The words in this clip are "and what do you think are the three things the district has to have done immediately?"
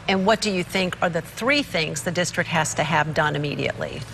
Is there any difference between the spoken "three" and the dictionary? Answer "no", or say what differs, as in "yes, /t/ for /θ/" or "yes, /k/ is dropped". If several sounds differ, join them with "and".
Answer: no